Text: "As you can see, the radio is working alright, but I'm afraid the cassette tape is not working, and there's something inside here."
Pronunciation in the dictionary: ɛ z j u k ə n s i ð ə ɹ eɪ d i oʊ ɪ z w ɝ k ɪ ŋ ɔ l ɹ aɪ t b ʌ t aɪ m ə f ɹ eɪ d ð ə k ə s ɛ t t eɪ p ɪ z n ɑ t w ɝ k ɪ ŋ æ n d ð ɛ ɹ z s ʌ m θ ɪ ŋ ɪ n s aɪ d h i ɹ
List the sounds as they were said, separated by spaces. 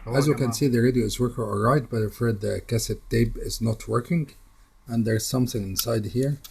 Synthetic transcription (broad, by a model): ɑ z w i k ə n s i ð ə ɹ eɪ d i oʊ ɪ z w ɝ k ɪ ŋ ɔ l ɹ aɪ t b ʌ t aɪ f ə ɹ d ð ə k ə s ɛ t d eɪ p ɪ z n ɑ t w ɝ k ɪ ŋ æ n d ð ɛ ɹ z s ʌ m θ ɪ ŋ ɪ n s aɪ d h i ɹ